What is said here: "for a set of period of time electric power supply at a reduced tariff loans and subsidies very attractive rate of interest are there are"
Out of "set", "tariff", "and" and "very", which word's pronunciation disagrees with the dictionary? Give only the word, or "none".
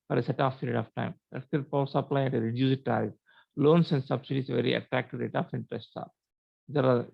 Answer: tariff